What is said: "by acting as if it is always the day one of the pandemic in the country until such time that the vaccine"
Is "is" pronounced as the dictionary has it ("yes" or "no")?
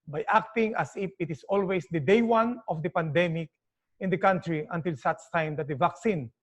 no